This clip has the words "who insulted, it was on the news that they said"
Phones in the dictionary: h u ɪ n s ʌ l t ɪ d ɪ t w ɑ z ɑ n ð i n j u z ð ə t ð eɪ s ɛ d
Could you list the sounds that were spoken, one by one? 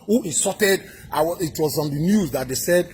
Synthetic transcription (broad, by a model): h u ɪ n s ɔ t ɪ d ɪ t w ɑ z ɑ n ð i n j u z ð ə t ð eɪ s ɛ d